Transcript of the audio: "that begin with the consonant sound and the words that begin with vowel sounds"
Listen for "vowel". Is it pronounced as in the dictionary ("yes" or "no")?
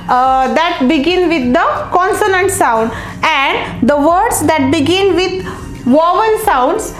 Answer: no